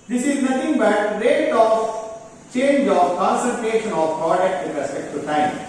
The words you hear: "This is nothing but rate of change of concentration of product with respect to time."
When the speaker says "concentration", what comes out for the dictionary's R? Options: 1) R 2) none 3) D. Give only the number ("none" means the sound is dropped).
2